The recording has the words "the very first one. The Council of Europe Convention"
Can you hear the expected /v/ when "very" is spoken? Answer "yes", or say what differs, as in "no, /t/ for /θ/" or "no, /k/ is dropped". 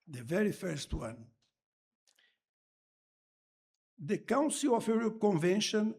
yes